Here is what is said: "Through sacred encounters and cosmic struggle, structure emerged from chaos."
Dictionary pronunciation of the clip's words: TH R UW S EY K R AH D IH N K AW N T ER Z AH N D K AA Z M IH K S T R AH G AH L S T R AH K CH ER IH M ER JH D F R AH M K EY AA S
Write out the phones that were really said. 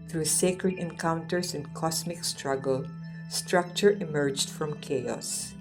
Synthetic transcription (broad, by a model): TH R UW S EY K R AH D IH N K AW N T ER S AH N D K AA S M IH K S T R AH G AH L S T R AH K CH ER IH M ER JH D F R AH M K EY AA S